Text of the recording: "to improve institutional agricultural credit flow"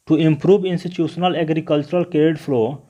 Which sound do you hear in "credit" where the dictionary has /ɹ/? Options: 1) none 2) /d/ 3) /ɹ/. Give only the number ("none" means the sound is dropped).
1